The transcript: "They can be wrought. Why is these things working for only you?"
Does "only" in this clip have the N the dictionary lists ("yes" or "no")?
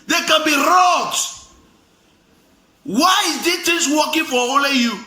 no